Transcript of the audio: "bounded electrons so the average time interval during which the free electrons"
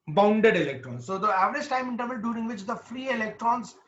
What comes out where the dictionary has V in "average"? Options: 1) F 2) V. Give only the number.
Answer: 2